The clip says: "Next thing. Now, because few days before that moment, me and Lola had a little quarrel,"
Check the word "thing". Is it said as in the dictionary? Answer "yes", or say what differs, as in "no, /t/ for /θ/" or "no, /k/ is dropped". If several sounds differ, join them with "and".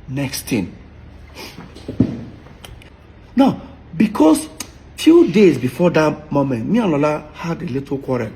no, /t/ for /θ/